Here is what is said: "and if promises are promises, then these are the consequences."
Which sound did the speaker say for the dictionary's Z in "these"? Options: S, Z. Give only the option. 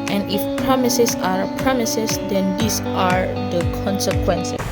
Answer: S